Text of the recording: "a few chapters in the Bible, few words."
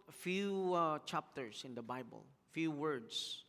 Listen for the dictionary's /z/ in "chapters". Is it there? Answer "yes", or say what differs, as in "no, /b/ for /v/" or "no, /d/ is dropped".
no, /s/ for /z/